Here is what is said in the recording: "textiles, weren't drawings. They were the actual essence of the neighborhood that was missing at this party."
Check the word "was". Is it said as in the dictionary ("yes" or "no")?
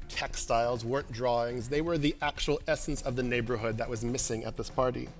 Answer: yes